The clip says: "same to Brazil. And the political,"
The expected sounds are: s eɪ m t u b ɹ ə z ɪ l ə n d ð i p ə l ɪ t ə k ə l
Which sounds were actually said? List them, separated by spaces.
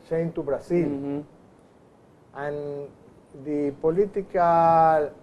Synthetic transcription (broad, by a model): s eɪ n t u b ɹ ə s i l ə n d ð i p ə l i t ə k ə l